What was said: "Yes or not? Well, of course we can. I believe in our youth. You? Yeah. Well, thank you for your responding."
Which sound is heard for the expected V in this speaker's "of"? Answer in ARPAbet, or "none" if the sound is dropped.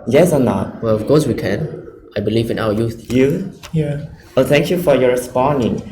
F